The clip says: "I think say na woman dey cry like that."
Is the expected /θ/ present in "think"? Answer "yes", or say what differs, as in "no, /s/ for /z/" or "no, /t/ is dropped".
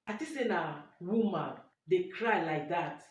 no, /t/ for /θ/